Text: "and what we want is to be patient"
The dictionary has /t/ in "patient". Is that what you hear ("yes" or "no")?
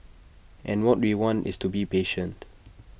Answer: yes